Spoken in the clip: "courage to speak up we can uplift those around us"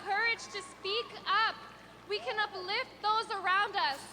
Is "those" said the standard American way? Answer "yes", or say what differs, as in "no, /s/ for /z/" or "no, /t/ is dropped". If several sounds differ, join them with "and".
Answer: yes